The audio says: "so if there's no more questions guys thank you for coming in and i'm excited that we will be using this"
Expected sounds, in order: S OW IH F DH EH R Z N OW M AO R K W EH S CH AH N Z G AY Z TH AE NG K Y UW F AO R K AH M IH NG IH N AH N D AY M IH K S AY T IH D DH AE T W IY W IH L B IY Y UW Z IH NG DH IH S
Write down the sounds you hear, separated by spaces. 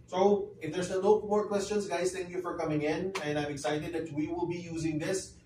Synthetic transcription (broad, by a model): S OW IH F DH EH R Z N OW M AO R K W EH S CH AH N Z G AY Z T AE NG K Y UW F AO R K AH M IH NG IH N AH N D AY M IH K S AY T IH D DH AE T W IY W IH L B IY Y UW Z IH NG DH IH S